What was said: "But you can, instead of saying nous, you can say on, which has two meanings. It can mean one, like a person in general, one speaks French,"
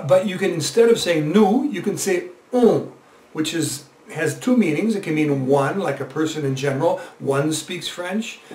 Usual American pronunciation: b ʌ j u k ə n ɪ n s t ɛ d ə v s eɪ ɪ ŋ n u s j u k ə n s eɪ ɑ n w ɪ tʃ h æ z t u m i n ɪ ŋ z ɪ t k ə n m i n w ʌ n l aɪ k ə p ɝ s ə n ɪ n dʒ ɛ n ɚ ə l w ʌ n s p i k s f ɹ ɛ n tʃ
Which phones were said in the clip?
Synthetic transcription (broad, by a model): b ʌ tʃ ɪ k ə n ɪ n s t ɛ d ə v s eɪ ɪ ŋ n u j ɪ k ə n s eɪ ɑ w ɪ tʃ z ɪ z t u m i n ɪ ŋ z ɪ t k ə n m i n w ʌ n l aɪ k ə p ɝ s ə n ɪ n dʒ ɛ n ɚ l w ʌ n s p i k s f ɹ ɛ n tʃ